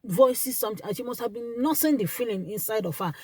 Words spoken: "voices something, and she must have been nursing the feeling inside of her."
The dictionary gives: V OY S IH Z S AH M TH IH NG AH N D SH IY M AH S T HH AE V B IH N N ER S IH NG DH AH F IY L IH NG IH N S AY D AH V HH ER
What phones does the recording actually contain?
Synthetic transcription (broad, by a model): V OY S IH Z S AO M T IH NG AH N SH IY M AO S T HH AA V B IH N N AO S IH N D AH F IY L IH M IH N S AY D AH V HH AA